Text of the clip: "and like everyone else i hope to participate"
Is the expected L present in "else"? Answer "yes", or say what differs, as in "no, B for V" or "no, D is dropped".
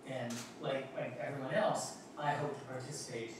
yes